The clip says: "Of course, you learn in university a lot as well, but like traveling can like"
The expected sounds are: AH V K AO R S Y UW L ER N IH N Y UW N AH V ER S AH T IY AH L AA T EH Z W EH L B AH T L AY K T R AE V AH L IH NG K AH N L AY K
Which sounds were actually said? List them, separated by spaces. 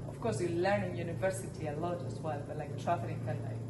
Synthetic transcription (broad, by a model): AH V K AO R S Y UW L ER N IH N Y UW N AH V ER S AH T IY AH L AA T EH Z W EH L B AH T L AY K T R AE F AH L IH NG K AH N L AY